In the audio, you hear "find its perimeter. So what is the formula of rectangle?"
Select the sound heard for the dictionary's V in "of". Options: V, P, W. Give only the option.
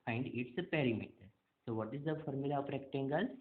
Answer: P